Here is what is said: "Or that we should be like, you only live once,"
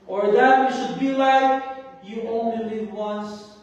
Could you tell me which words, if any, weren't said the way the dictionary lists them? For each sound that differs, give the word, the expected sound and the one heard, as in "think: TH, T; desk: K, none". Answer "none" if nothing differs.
none